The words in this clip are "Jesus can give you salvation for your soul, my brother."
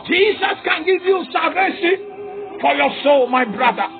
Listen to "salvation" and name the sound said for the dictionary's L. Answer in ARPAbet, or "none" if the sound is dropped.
none